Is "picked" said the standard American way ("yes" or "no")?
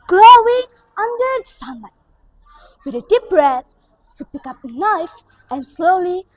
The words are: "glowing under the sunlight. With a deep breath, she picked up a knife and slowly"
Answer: no